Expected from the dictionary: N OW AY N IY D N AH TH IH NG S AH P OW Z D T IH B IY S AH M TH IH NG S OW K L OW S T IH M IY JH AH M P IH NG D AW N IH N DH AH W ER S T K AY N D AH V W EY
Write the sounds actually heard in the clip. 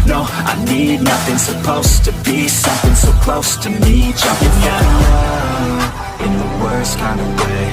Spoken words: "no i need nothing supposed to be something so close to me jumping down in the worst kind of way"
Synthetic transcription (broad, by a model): N OW AY N IY D N AH TH IH NG S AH P OW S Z T IH B IY S AH M TH IH NG S OW K L OW S T IH M IY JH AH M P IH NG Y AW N IH N DH AH W ER S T K AY N D AH V W EY